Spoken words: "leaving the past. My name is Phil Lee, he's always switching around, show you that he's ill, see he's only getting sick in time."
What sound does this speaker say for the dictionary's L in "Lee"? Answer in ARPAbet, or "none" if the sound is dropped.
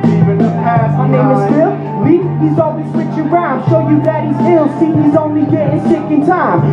W